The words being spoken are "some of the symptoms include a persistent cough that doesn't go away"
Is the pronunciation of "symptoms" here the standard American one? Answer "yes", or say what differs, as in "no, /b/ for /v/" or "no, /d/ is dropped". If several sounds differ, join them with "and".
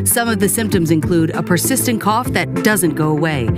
yes